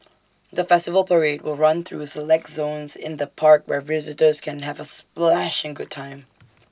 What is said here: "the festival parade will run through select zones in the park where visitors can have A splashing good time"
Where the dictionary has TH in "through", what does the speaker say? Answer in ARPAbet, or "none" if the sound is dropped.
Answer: TH